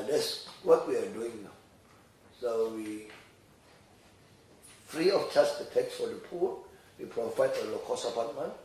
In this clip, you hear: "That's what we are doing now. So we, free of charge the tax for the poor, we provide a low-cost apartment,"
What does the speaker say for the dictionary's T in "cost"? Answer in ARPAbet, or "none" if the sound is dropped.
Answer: none